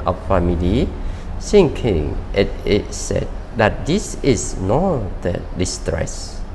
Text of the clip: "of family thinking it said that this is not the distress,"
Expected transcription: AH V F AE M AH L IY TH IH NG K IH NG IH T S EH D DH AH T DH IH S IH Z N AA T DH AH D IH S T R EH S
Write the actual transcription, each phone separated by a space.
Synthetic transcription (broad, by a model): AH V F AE M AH L IY S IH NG K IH NG IH T S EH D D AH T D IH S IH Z N AA T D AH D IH S T R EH S